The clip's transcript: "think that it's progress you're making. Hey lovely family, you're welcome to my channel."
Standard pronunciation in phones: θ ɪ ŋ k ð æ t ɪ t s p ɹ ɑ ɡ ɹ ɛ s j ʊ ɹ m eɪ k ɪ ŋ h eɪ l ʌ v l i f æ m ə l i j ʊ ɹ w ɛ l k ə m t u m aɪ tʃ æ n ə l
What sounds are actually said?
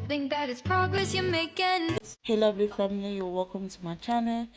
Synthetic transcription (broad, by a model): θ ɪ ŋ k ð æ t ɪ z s p ɹ ɑ ɡ ɹ ɛ s j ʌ m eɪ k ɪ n h eɪ l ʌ b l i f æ m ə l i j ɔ w ɛ l k ə m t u m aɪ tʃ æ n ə